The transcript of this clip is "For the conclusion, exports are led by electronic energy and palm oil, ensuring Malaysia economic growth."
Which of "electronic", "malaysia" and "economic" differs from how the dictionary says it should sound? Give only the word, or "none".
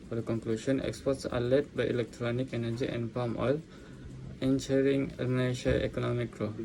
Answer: malaysia